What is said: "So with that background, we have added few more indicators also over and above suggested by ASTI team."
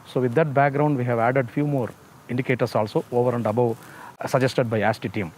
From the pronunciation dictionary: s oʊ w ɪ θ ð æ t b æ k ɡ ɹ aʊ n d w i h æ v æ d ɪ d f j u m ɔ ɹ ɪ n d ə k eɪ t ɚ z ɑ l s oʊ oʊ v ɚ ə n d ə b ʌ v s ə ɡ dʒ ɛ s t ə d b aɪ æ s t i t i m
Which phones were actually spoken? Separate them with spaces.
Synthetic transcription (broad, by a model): s oʊ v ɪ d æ t b æ k ɡ ɹ aʊ n d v i h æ v æ d ɪ d f j u m ɔ ɹ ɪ n d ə k eɪ t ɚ s ɑ l s oʊ oʊ v ɚ ə n d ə b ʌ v s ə dʒ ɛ s t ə d b aɪ æ s t i t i m